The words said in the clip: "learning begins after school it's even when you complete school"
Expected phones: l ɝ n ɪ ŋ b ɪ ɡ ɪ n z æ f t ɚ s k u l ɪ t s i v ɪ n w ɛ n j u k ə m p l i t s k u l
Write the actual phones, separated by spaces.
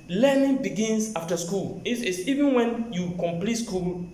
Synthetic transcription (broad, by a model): l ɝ n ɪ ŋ b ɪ ɡ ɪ n s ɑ f t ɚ s k u l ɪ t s i v ɪ n w ɛ n j u k ə m p l i t s k u l